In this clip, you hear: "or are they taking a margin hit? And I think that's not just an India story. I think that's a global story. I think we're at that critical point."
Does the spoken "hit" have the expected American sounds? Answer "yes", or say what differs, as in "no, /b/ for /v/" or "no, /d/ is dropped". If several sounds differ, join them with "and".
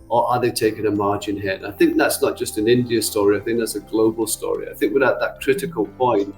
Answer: no, /t/ is dropped